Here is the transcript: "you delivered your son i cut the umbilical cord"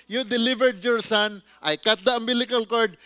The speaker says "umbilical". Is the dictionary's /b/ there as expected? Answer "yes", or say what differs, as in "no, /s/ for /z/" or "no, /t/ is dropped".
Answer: no, /b/ is dropped